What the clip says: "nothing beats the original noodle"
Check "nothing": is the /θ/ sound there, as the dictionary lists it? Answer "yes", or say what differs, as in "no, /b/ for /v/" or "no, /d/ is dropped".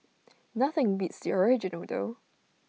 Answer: yes